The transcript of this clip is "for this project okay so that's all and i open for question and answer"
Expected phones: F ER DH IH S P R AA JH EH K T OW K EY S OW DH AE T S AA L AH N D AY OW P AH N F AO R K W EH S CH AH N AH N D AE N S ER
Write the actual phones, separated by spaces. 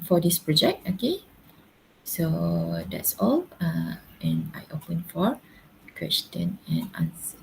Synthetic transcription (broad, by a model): F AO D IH S P R AA JH EH K T OW K EY S OW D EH T S AA L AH N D AY OW P AH N F AO R K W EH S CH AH N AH N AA N S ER